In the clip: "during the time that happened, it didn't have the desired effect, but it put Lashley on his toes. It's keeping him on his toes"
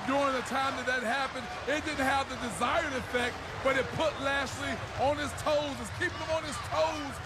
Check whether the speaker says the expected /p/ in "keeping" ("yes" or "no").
yes